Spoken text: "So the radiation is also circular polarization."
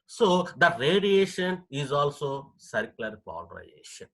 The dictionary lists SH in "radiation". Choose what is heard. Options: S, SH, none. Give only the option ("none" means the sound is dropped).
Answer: SH